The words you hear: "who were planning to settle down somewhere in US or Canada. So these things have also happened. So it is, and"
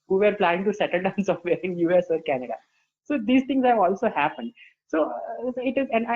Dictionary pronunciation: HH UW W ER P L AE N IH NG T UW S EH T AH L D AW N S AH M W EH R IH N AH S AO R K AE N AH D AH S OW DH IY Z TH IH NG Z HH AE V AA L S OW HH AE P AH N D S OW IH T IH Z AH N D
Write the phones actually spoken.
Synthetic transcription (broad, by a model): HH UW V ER P L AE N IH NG T UW S EH T AH L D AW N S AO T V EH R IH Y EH S AO R K AE N AH D AH S OW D IY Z T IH NG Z HH AE V AA L S OW HH AE P AH N D S OW IH T IH Z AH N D